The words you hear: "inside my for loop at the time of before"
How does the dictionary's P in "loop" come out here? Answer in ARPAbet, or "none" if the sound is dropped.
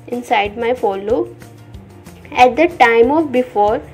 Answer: none